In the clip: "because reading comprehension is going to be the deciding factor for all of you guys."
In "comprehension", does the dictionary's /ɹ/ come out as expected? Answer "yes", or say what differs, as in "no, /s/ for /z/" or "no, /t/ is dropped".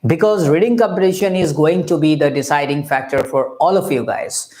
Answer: no, /ɹ/ is dropped